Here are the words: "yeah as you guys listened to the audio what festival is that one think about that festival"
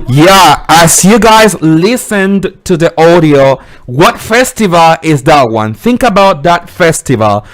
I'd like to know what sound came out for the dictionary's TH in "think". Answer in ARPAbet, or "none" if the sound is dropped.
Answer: TH